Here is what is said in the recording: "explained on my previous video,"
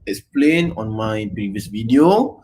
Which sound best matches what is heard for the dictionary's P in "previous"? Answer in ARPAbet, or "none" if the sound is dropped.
P